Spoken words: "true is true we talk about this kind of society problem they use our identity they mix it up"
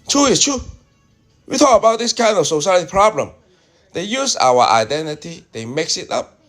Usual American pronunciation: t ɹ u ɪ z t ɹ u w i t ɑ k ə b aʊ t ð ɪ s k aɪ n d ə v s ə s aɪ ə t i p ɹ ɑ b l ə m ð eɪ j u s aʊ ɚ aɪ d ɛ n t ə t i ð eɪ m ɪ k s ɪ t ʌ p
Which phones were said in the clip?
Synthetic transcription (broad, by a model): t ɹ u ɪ s t ɹ u w i t ɑ k ə b aʊ t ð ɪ s k aɪ n d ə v s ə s aɪ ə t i p ɹ ɑ b l ə m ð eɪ j u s aʊ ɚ aɪ d ɛ n t ə t i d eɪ m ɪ k s ɪ t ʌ p